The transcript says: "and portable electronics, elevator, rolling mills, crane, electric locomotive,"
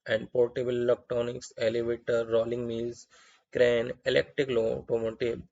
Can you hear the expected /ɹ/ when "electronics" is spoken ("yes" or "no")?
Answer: no